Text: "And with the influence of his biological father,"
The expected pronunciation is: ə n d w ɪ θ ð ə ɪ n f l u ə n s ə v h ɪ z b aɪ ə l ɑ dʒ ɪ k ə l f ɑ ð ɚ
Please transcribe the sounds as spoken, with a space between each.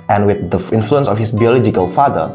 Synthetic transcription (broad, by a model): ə n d w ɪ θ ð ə ɪ n f l u ə n s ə f h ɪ s b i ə l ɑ dʒ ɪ k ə l f ɑ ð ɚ